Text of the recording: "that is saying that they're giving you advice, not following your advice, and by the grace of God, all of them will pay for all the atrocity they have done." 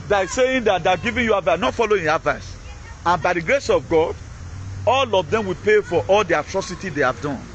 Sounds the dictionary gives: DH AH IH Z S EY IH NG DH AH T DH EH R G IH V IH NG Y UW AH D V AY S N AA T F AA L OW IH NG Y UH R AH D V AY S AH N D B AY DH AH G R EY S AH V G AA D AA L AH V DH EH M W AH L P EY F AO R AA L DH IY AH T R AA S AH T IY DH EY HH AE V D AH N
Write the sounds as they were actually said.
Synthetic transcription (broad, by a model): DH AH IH S EY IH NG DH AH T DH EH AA G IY V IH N Y UW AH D V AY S N AA T F AA L OW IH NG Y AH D V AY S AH N B AY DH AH G R EY S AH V G AA D AA L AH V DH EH M W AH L P EY F AO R AA L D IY AH T R AA S AH T IY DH EY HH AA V D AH N